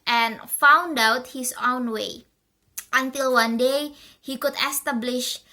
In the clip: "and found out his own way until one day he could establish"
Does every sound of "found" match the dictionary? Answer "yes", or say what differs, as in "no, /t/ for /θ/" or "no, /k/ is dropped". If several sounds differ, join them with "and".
yes